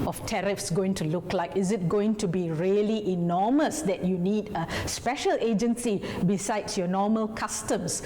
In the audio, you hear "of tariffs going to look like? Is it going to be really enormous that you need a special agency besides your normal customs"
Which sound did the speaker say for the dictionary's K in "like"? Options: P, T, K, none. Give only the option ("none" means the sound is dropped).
K